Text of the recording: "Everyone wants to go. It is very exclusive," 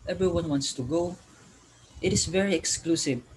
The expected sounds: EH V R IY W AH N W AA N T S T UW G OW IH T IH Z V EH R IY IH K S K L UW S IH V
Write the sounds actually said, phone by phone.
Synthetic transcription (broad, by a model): EH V R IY W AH N W AA N T S T UW G OW IH T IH S V EH R IY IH K S K L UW S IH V